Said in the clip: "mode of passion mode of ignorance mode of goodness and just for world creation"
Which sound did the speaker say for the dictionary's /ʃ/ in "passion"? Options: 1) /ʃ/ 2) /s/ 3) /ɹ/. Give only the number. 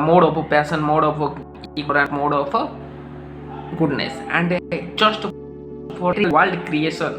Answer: 2